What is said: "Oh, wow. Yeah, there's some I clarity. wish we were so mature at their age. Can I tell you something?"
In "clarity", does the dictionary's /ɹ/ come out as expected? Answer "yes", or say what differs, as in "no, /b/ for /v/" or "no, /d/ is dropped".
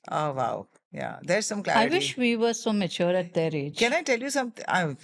no, /ɹ/ is dropped